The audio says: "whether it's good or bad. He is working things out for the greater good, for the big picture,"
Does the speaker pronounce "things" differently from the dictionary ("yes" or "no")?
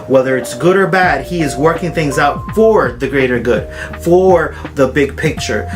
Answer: no